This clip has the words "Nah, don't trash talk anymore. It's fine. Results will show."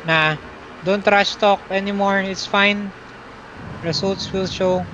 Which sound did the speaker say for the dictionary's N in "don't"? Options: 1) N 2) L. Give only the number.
1